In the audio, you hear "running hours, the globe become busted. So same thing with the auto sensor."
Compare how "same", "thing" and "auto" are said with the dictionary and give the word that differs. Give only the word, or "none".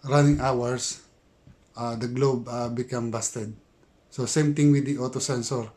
thing